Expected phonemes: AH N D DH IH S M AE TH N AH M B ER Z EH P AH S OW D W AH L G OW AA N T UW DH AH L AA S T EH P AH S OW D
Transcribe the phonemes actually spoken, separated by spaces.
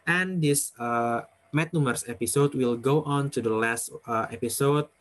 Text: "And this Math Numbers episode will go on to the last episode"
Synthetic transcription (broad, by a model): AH N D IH S M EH T N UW M ER S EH P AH S OW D W AH L G OW AA N T UW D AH L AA S T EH P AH S OW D